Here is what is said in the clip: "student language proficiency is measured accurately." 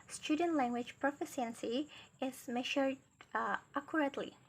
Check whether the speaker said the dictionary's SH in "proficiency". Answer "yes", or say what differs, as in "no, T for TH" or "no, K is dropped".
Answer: no, S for SH